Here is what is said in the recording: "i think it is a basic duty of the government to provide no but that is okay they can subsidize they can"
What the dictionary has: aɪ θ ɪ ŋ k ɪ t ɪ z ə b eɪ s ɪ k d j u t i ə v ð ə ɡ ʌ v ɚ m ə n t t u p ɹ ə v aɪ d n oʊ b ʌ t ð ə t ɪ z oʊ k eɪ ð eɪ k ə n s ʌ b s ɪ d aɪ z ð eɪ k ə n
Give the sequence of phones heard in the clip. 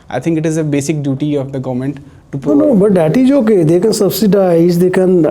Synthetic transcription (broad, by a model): aɪ t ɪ ŋ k ɪ t ɪ z ə b eɪ s ɪ k d j u t i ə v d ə ɡ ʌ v m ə n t t u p ə n oʊ b ʌ t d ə t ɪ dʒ oʊ k eɪ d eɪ k ə n s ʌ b s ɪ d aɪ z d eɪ k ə n